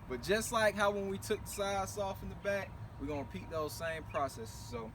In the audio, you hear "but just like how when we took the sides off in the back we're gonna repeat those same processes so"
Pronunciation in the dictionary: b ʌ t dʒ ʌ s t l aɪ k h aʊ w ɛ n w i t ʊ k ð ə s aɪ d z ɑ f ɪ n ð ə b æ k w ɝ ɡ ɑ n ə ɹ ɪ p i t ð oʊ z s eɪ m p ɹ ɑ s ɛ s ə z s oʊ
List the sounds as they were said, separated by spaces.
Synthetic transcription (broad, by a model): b ʌ t dʒ ʌ s t l aɪ k h aʊ w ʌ n w i t ʊ k ð ə s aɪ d s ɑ f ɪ n ð ə b æ k w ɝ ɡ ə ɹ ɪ p i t ð oʊ z s eɪ m p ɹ ɑ s ɛ s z s oʊ